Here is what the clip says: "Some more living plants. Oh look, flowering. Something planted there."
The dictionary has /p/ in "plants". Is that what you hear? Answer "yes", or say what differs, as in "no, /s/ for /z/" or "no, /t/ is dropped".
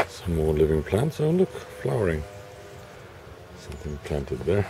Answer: yes